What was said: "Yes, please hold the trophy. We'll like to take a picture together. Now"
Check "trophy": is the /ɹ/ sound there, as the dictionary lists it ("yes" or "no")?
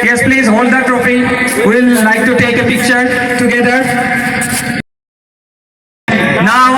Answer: yes